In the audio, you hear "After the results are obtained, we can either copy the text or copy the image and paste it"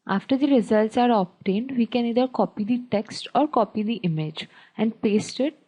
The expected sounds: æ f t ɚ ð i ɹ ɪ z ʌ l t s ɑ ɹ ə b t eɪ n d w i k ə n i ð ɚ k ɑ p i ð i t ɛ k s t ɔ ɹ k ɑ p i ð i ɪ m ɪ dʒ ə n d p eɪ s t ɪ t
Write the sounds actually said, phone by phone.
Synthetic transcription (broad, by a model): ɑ f t ɚ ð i ɹ ɪ z ʌ l t s ɑ ɹ ə b t eɪ n d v i k ə n i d ɚ k ɑ p i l i t ɛ k s t ɔ ɹ k ɑ p i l i ɪ m ɪ dʒ ə n d p eɪ s t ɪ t